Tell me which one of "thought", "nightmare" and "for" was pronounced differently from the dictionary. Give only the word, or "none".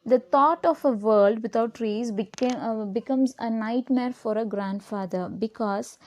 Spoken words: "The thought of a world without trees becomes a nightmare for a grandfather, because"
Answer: thought